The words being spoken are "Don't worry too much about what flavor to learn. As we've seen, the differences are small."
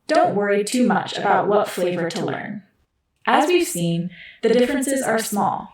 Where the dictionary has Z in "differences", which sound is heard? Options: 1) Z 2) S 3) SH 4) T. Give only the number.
1